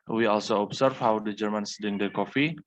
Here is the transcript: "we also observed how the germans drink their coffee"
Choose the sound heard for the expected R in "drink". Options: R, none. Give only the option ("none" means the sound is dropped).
none